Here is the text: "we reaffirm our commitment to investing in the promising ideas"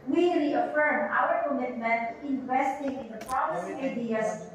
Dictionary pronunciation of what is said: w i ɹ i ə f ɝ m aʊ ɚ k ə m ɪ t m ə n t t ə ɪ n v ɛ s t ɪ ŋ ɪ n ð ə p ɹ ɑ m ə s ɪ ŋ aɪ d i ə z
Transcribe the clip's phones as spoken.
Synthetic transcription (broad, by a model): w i ɹ i ə f ɝ m aʊ ɚ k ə m ɪ t m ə n t t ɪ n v ɛ s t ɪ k ɪ n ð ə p ɑ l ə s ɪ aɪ d i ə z